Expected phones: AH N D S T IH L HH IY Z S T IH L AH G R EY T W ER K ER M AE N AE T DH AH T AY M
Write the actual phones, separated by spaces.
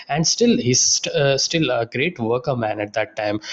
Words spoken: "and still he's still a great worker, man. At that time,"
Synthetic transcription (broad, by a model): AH N D S T IH L HH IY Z S T IH L AH G R EY T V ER K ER M AE N AE T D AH T AY M